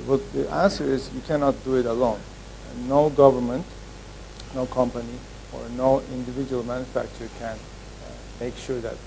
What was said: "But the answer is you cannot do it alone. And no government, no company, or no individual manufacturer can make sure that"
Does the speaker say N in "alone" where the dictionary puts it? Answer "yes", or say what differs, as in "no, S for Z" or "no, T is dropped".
no, N is dropped